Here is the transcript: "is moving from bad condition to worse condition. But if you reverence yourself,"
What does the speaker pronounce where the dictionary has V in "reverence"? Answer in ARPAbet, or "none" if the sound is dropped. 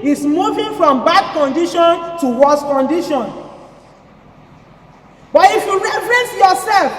F